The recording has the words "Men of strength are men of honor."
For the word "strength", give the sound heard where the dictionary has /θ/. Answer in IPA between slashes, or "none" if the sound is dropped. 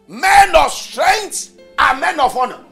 /t/